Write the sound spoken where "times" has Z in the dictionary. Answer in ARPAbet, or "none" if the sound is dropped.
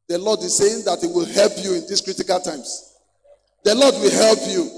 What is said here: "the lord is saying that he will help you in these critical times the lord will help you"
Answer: S